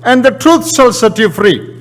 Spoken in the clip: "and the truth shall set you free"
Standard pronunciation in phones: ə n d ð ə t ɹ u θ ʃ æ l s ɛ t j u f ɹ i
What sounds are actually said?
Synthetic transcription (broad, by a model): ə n d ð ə t ɹ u t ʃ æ l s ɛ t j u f ɹ i